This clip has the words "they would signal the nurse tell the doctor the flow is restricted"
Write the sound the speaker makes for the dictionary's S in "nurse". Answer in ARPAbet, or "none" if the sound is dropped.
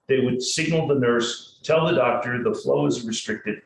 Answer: S